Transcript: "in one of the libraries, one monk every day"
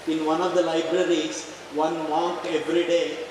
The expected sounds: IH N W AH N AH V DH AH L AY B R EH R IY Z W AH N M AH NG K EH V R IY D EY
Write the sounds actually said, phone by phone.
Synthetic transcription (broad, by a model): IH N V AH N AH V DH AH L AY B R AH R IY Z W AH N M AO K EH V R IY D EY